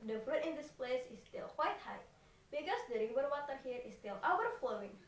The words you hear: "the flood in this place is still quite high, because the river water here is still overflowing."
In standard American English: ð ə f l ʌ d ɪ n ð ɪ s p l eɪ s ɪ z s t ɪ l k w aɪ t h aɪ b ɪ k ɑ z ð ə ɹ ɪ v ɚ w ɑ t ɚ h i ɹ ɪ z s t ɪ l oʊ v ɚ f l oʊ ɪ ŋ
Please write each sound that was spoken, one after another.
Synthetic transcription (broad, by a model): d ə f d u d ɪ n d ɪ s p l eɪ s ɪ s t ɪ l k w aɪ t h aɪ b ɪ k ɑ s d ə ɹ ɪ w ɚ w ɑ t ɚ h i ɹ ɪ s t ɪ l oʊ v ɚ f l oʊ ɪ ŋ